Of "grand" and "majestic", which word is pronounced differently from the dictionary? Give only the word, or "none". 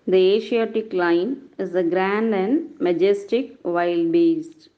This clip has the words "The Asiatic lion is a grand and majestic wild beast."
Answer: none